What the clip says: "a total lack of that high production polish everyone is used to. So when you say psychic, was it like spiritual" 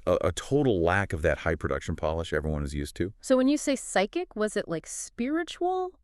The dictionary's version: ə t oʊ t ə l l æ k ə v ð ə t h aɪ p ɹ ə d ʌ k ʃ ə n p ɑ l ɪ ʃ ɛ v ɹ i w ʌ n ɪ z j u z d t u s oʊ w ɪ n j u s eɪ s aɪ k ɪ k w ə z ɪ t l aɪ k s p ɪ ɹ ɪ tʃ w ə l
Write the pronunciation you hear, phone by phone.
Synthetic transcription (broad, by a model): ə t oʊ t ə l l æ k ə v ð ə t h aɪ p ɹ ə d ʌ k ʃ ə n p ɑ l ɪ ʃ ɛ v ɹ i w ʌ n ɪ z j u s t u s oʊ w ɪ n j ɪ s eɪ s aɪ k ɪ k w ə z ɪ t l aɪ k s p ɪ ɹ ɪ tʃ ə l